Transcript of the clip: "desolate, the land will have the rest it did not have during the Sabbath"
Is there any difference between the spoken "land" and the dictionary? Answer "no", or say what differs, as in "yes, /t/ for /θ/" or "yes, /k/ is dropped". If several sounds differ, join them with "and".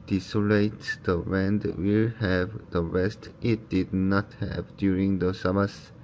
yes, /w/ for /l/